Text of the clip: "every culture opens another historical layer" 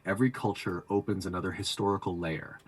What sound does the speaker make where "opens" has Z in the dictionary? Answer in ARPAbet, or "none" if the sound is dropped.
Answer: Z